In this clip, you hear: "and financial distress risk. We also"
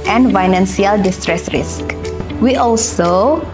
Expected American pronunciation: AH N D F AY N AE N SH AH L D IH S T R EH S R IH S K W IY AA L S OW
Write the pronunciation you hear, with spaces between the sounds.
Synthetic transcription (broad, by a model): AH N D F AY N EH N S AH L D IH S T R EH S R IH S K W IY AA L S OW